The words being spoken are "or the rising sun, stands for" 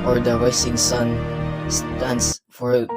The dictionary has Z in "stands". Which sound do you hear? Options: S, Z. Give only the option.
S